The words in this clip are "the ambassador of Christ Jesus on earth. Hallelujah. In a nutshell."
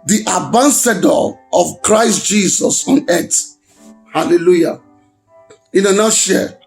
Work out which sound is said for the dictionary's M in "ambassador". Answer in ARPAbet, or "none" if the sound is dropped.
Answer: none